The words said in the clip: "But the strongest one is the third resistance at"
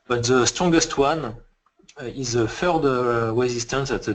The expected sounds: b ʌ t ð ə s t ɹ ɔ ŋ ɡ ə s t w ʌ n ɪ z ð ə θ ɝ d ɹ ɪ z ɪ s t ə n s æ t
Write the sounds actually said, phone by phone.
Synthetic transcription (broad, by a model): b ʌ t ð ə s t ɹ ɔ ŋ ɡ ə s t w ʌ n ɪ z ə f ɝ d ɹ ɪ z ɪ s t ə n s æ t